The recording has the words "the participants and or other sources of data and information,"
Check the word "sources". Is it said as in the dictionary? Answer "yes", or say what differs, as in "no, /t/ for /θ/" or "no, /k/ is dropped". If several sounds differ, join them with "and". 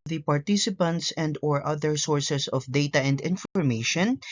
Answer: no, /s/ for /z/